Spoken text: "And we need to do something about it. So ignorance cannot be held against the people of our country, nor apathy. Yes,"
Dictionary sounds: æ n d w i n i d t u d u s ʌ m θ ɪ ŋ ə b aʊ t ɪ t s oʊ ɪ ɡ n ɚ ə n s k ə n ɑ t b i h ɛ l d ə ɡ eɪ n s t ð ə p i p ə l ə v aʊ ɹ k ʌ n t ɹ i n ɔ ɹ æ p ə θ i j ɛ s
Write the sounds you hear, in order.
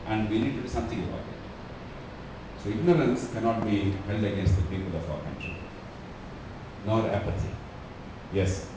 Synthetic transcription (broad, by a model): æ n d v i n i d t u d u s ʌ m t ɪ ŋ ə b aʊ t ɪ t s oʊ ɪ ɡ n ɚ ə n s k ə n ɑ t b i h ɛ l d ə ɡ eɪ n s t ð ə p i p ə l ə f aʊ ɹ k ʌ n t ɹ i n ɔ ɹ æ p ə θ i j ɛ s